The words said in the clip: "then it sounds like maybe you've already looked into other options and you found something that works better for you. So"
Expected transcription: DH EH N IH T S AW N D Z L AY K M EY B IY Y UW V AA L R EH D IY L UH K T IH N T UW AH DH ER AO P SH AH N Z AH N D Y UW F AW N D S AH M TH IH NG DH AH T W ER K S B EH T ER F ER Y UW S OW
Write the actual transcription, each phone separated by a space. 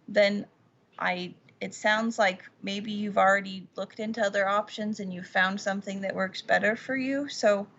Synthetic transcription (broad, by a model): DH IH N IH T S AW N D Z L AY K M EY B IY Y UW V L R EH D IY L UH K T IH N T UW AH DH ER AO P SH AH N Z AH N Y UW F AW N D S AH M TH IH NG DH AH T W ER K S B EH T ER F ER Y UW S OW